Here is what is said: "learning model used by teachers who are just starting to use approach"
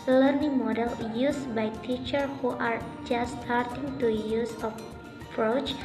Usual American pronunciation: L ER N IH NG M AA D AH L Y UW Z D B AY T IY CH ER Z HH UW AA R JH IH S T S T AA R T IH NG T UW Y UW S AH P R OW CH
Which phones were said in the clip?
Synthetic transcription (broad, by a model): L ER N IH NG M AA D AH L Y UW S B AY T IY CH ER HH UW AA R JH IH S S T AA R T IH NG T UW Y UW S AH P R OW CH